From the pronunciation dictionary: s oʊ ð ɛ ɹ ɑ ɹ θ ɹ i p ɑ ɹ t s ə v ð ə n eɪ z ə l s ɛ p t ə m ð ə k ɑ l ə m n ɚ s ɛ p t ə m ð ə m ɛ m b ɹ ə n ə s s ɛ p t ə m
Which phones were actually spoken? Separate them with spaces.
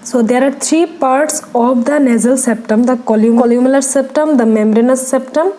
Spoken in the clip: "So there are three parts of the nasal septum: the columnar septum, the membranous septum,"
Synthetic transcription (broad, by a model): s oʊ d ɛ ɹ ɑ ɹ t ɹ i p ɑ ɹ t s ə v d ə n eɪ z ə l s ɛ p t ə m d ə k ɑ l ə m l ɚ s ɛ p t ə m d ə m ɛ m ɹ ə n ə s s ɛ p t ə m